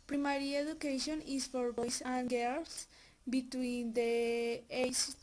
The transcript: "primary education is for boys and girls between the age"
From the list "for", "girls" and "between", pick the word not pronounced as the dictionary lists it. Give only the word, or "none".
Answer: girls